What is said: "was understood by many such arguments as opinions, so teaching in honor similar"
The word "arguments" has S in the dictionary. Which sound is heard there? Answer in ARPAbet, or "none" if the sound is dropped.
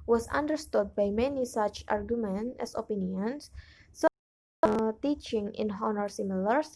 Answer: none